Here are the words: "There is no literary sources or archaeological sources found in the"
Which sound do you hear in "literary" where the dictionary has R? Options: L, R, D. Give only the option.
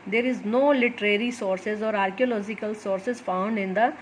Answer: R